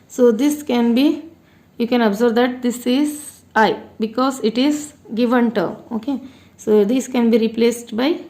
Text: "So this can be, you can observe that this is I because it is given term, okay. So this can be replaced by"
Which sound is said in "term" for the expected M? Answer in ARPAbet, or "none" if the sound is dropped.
none